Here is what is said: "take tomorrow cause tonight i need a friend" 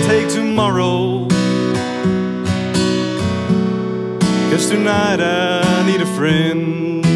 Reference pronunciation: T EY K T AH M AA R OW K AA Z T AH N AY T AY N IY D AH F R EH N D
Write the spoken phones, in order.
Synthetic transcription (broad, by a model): T EY K T AH M AA R OW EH S T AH N AY T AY N IY D AH F R EH N